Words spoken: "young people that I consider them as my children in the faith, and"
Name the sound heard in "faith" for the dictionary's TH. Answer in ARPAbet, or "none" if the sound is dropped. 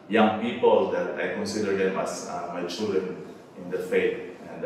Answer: T